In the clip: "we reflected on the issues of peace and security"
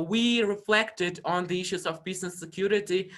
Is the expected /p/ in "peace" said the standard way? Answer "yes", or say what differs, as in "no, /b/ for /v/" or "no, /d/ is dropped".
no, /b/ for /p/